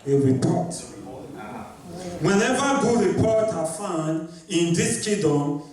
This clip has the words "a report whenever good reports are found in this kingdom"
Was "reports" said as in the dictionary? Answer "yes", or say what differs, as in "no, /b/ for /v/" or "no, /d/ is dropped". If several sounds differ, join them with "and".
no, /s/ is dropped